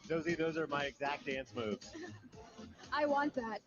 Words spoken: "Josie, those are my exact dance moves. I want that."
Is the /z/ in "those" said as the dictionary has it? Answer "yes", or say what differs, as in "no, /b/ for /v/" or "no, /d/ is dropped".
yes